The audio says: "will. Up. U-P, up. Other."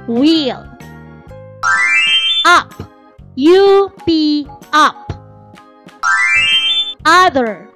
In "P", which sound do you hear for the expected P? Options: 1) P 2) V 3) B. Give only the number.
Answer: 3